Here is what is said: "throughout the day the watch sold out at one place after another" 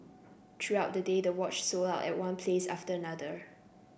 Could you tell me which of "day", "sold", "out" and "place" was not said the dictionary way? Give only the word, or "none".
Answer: sold